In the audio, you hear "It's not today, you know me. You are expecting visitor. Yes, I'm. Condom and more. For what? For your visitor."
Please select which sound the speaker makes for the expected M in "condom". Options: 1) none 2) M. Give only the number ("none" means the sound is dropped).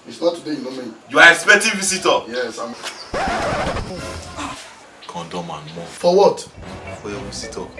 2